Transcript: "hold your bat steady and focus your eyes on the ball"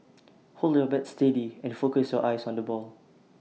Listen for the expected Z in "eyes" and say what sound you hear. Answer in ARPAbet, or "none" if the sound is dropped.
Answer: S